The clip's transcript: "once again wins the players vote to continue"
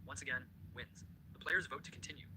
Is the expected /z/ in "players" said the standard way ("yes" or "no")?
yes